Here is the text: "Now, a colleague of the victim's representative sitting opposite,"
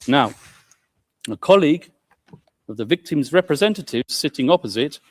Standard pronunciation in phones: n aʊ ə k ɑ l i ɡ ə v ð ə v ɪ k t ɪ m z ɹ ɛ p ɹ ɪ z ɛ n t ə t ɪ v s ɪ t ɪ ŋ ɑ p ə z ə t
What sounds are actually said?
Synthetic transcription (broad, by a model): n aʊ ə k ɑ l i ɡ ə v ð ə v ɪ k t ɪ m z ɹ ɛ p ɹ ɪ z ɛ n t ə t ɪ v s ɪ t ɪ ŋ ɑ p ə z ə t